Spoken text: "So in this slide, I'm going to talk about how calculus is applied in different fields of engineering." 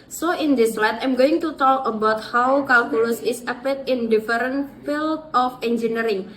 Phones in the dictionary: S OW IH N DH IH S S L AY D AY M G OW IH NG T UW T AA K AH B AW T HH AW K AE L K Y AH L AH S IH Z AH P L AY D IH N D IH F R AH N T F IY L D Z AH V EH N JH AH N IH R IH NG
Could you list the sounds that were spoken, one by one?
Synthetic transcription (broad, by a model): S OW IH N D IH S S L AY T AY M G OW IH NG T UW T AA K AH B AW T HH AW K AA L K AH L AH S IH S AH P IH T IH N D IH F R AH N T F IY L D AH F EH N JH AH N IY R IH NG